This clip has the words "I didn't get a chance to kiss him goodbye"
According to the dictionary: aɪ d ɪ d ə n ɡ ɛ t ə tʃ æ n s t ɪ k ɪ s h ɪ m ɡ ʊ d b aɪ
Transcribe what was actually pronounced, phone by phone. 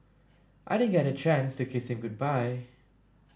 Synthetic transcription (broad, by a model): aɪ d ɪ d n ɡ ɛ t ə tʃ æ n s t ɪ k ɪ s h ɪ m ɡ ʊ d b aɪ